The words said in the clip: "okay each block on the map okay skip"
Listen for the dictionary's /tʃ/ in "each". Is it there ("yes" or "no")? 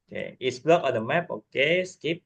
no